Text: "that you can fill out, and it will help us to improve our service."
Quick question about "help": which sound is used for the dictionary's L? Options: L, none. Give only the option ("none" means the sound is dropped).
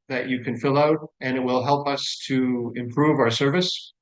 L